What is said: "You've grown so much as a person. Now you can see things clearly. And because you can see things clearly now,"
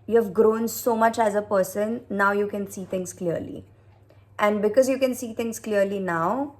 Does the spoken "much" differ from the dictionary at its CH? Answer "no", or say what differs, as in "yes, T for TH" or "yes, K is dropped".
no